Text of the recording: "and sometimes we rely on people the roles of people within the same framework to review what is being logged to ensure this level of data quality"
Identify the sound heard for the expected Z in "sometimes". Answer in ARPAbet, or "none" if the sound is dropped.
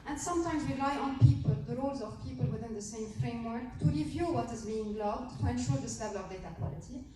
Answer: Z